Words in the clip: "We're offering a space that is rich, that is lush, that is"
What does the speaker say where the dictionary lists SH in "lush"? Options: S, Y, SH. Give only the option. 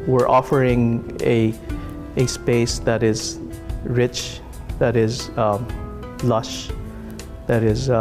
SH